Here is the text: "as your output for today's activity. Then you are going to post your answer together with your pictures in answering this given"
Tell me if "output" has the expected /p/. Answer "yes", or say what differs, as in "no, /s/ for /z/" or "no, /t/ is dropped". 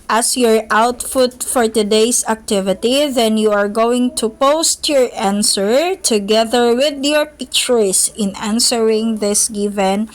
no, /f/ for /p/